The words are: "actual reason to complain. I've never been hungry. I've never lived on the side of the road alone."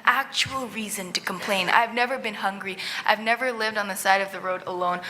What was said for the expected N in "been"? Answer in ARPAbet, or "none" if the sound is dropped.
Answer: N